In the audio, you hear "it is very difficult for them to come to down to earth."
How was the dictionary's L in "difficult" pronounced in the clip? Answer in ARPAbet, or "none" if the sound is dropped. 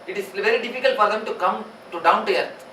L